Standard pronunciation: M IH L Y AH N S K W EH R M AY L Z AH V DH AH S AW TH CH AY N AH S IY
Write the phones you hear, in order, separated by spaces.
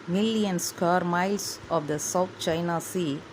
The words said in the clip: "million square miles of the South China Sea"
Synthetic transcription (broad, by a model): M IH L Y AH N S K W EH R M AY L S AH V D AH S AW T CH AY N AH S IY